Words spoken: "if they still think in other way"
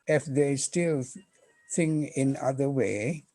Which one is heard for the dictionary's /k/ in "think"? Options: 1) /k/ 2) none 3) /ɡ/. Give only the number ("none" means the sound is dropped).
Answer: 2